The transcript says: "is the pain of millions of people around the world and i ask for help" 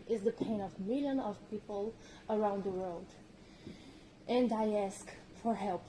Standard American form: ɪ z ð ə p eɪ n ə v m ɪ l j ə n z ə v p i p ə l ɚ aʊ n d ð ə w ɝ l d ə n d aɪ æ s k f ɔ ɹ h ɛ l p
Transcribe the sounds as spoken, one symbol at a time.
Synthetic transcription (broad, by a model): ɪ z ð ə p eɪ n ə v m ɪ l j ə n ə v p i p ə l ɚ aʊ n d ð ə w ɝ l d ə n d aɪ æ s k f ɔ ɹ h ɛ l p